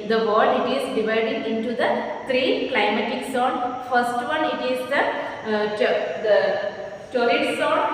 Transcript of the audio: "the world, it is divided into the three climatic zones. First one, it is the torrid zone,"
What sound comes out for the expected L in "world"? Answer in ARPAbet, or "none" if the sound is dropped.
none